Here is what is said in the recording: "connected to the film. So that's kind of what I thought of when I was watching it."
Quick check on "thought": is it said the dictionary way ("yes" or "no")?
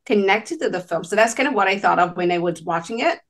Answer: yes